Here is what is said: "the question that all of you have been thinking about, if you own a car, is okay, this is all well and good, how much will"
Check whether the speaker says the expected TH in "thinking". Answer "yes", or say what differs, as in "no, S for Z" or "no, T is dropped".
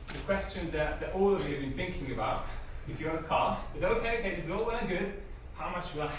yes